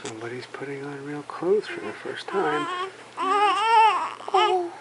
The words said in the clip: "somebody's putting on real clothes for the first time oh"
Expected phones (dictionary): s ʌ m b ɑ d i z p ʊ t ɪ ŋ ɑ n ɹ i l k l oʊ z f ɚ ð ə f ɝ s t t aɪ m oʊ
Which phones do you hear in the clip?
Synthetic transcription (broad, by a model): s ʌ m b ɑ d i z p ʊ t ɪ ŋ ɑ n ɹ i l k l oʊ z f ɚ ð ə f ɝ s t t aɪ m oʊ